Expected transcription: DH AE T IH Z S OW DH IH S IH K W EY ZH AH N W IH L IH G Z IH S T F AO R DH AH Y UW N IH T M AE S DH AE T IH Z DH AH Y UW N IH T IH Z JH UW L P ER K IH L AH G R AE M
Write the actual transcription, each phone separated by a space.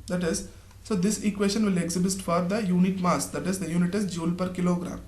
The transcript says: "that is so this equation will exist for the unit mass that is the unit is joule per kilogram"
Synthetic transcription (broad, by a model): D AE T IH Z S OW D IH S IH K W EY SH AH N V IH L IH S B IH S T F AO R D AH Y UW N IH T M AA S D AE T IH Z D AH Y UW N IH T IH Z JH UW L P ER K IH L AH G R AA M